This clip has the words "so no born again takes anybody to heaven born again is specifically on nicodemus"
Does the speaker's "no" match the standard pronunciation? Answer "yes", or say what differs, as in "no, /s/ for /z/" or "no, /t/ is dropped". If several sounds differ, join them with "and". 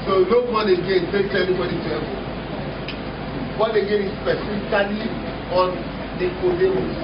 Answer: no, /l/ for /n/